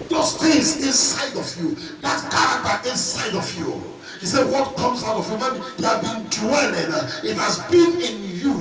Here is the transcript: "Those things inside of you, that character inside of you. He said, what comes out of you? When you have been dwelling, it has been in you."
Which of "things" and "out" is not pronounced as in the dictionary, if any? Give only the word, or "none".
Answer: things